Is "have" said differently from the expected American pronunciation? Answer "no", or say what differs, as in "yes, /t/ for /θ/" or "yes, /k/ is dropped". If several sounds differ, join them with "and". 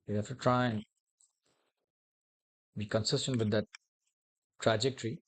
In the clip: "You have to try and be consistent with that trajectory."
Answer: yes, /f/ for /v/